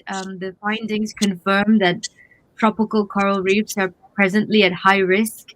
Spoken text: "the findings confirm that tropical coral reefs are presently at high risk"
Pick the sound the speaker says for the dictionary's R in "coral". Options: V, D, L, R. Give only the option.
R